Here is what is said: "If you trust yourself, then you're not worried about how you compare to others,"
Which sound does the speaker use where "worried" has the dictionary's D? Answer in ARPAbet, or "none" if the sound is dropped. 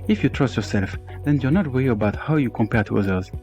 none